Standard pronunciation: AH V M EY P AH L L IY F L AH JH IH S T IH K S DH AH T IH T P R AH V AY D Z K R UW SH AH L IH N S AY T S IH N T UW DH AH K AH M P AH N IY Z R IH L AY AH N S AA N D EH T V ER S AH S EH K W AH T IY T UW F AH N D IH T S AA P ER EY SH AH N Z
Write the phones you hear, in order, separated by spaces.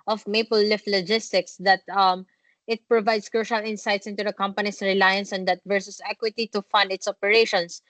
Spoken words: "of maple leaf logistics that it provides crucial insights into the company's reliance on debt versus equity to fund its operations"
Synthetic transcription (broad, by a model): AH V M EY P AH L L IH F L AH JH IH S T IH K S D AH T IH T P R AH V AY D S K R UW SH AH L IH N S AY T S IH N T UW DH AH K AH M P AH N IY S R IH L AY AH N S AA N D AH T V ER S AH S EH K W AH T IY T UW F AH N D IH T S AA P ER EY SH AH N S